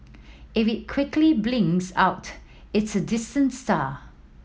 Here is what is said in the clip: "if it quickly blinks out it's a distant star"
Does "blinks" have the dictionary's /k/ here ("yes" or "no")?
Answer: no